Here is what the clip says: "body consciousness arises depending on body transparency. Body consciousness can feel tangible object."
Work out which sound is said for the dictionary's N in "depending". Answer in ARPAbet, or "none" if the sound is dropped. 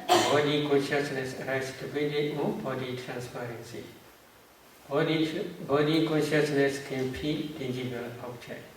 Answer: none